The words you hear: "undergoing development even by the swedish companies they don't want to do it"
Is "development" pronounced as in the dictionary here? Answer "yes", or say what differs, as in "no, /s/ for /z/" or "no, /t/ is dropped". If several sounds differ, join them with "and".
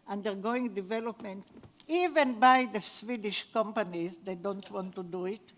yes